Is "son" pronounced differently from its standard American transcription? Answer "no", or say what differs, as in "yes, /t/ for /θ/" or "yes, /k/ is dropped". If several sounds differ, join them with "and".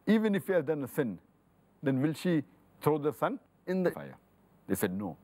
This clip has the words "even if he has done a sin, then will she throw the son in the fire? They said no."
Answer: no